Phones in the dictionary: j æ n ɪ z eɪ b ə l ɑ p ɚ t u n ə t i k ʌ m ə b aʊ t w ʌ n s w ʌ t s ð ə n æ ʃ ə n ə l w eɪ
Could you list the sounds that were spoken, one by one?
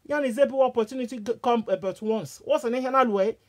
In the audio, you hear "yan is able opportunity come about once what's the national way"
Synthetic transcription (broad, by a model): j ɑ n ɪ z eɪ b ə w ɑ p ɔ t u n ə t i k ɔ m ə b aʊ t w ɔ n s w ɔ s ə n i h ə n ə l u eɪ